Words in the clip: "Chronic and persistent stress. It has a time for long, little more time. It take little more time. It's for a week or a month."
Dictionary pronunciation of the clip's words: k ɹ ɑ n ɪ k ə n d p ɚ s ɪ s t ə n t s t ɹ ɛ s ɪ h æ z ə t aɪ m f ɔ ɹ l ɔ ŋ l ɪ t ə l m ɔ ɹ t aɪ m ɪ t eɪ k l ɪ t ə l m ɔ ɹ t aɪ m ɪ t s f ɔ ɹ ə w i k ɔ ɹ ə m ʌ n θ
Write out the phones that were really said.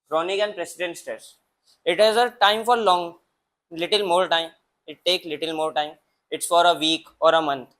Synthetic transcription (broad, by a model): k ɹ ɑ n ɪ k ə n d p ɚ s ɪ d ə n t s t ɛ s ɪ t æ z ə t aɪ m f ɔ ɹ l ɔ ŋ l ɪ t ə l m ɔ ɹ t aɪ m ɪ t eɪ k l ɪ t ə l m ɔ ɹ t aɪ m ɪ t s f ɔ ɹ ə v i k ɔ ɹ ə m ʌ n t